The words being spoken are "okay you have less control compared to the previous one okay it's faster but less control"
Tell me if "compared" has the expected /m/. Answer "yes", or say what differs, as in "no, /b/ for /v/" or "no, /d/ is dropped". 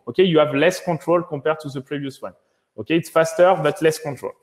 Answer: no, /m/ is dropped